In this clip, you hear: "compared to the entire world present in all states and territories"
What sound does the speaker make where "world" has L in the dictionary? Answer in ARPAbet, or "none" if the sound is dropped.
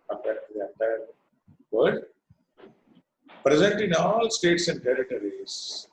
none